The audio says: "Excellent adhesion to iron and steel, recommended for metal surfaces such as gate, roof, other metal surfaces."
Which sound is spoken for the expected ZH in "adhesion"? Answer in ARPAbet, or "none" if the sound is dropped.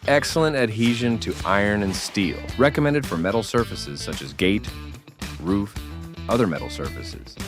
ZH